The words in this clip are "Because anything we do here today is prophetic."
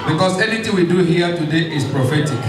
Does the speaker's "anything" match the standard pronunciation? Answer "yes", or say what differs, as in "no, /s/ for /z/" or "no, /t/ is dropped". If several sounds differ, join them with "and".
no, /t/ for /θ/